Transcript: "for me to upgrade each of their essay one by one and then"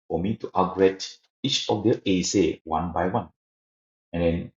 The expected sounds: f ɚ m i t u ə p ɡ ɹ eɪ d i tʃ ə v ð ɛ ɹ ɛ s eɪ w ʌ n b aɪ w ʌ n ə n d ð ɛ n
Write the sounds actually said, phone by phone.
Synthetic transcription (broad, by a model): f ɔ m i t u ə ɡ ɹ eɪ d i tʃ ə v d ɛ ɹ ɛ s eɪ w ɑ n b aɪ w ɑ n ə n d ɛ n